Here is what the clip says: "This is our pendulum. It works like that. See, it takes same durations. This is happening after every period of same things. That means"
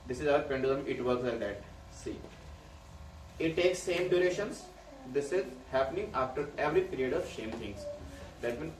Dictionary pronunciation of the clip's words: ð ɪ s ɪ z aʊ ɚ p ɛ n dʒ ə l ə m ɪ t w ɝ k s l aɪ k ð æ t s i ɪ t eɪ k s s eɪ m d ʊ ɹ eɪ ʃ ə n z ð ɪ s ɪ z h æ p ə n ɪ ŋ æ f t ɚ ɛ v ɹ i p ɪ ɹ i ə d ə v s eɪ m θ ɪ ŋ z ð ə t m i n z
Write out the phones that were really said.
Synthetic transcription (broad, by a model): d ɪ s ɪ z aʊ ɚ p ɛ n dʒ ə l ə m ɪ t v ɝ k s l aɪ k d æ t s i ɪ t eɪ k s s eɪ m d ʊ ɹ eɪ ʃ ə n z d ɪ s ɪ z h æ p ə n ɪ ŋ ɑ f t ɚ ɛ v ɹ i p ɪ ɹ i ə d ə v ʃ eɪ m t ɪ ŋ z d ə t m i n